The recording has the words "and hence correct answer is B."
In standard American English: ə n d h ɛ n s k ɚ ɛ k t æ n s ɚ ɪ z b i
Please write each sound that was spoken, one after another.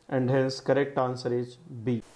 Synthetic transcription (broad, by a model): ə n d h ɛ l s k ɚ ɛ k t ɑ n s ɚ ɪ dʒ b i